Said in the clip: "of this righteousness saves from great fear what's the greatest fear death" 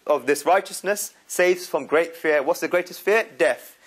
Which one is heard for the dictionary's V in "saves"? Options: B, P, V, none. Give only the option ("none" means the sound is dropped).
V